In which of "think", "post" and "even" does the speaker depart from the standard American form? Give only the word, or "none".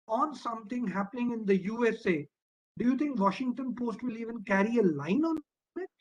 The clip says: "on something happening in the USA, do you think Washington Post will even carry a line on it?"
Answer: think